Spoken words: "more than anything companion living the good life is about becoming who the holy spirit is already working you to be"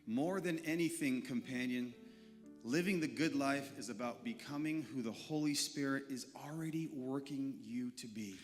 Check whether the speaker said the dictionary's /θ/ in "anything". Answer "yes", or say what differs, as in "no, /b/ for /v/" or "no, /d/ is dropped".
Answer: yes